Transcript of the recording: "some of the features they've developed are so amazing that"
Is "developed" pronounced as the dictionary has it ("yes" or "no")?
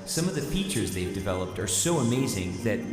yes